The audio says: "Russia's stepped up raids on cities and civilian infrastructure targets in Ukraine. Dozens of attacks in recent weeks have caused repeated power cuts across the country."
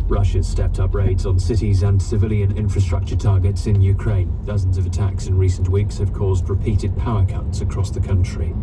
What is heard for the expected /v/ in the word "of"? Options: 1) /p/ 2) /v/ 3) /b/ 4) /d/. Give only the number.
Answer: 2